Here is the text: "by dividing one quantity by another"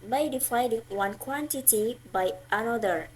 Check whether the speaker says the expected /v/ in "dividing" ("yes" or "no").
no